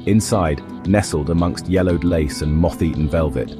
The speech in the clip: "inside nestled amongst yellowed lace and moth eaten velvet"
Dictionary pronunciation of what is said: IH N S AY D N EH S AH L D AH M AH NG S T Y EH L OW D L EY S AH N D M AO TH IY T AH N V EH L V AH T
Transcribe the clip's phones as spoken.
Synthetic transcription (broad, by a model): IH N S AY D N EH S AH L D AH M AH NG S T Y EH L OW D L EY S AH N M AO TH IY T N V EH L V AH T